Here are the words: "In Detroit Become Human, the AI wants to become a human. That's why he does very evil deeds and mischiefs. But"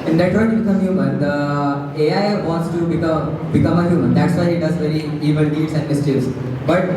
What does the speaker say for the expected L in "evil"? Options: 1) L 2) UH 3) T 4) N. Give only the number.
4